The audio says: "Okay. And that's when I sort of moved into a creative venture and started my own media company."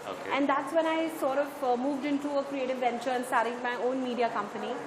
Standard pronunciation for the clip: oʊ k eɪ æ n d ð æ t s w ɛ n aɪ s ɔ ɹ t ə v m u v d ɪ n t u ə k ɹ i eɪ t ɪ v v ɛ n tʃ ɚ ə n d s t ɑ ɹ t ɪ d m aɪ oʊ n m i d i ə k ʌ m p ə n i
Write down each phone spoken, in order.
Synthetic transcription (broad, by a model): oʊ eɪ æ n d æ t s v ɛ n aɪ s ɔ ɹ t ə v m u v d ɪ n t u ə k ɹ i eɪ t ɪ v v ɛ n tʃ ɚ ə n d s t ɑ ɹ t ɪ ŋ m aɪ oʊ n m i d i ə k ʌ m p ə n i